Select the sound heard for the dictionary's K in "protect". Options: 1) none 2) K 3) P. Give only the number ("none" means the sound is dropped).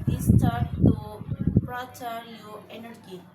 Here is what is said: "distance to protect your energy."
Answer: 1